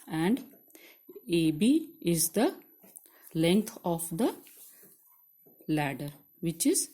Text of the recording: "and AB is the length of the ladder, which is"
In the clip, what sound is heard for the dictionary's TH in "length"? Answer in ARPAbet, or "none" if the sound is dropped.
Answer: T